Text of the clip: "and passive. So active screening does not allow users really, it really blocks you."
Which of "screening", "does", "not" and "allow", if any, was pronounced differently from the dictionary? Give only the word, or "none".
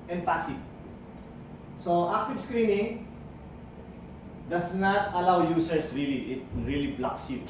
does